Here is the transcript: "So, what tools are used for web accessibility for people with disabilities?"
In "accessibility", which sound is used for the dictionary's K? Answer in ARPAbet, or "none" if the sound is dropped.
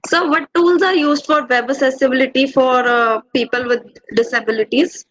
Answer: none